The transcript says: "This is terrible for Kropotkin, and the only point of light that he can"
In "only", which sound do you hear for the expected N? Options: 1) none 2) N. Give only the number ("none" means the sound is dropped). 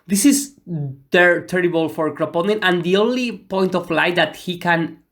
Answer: 2